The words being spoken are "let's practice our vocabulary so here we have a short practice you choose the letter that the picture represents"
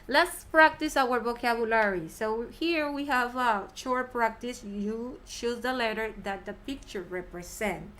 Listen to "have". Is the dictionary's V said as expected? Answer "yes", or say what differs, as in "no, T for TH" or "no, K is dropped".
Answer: yes